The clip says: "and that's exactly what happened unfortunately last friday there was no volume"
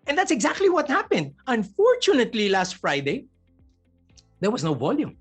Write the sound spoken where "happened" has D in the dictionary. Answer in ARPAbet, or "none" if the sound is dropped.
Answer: D